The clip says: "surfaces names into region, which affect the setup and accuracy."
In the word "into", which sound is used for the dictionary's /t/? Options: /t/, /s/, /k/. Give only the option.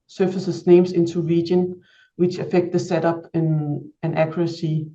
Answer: /s/